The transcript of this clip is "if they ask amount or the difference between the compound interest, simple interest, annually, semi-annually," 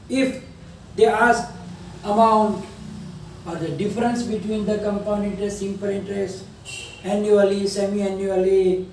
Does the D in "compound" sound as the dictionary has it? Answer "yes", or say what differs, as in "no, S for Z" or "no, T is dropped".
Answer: no, D is dropped